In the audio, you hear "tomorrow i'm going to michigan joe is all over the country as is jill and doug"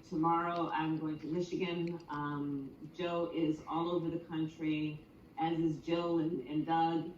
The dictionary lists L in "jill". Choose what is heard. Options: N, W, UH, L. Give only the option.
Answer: N